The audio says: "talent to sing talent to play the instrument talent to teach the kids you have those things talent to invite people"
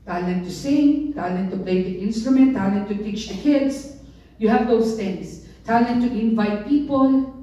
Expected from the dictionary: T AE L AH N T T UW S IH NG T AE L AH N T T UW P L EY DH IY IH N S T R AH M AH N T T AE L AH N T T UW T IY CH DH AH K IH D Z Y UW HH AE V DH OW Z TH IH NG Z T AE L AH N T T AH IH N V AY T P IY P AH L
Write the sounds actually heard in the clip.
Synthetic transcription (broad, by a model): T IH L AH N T T UW S IH NG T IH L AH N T T UW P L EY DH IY IH N S T R AH M AH N T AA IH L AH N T T UW T IY CH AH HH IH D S Y UW HH AE V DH OW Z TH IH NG S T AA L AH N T T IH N V AY T P IY P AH L